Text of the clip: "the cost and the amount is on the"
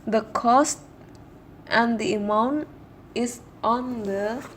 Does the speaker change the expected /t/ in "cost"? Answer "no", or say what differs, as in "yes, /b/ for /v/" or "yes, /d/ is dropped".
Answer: no